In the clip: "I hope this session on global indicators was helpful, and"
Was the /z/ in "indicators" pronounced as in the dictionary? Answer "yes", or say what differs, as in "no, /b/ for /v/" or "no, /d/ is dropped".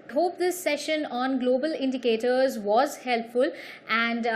yes